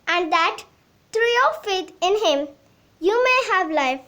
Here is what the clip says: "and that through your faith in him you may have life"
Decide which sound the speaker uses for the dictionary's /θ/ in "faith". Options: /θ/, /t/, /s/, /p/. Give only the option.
/t/